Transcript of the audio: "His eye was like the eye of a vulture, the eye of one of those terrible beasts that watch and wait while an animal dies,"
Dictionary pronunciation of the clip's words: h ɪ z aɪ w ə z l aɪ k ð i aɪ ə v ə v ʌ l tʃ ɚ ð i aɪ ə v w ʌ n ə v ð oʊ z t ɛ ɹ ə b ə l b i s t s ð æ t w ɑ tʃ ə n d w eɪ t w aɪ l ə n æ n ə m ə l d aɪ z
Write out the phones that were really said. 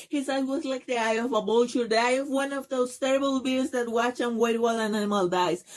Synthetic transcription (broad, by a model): h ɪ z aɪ w ə z l aɪ k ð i aɪ ə v ə b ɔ l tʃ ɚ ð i aɪ ə v w ʌ n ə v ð oʊ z t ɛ ɹ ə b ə l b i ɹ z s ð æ t w ɑ tʃ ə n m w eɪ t w aɪ l ə n æ n ə m ə l d aɪ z